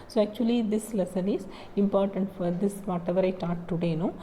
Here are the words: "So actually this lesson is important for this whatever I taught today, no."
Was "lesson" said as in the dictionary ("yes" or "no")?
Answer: yes